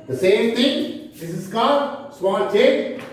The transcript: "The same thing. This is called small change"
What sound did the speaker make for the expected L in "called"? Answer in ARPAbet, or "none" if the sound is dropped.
none